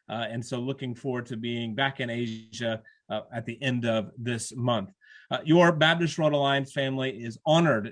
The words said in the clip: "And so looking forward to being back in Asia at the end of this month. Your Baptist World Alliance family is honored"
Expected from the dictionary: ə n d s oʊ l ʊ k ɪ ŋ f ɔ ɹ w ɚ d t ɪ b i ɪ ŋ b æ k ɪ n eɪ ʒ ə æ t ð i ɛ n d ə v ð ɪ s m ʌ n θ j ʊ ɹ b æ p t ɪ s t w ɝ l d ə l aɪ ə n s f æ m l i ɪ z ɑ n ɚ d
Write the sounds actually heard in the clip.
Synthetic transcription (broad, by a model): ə n s oʊ l ʊ k ɪ ŋ f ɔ ɹ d t ɪ b i ɪ ŋ b æ k ɪ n eɪ ʒ ə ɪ t ð i ɛ n d ə v ð ɪ s m ʌ n θ j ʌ ɹ b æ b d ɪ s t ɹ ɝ d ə l aɪ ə n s f æ m l i ɪ z ɑ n ɚ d